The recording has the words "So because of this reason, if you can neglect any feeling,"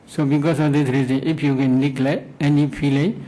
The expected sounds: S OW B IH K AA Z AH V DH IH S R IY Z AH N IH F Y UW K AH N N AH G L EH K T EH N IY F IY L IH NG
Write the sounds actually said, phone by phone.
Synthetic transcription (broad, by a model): S OW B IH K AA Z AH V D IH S R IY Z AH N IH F Y UW K AH N L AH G L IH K EH N IY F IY L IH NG